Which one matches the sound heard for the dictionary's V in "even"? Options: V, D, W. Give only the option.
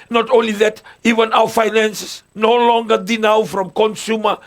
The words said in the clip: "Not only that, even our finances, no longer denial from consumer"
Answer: V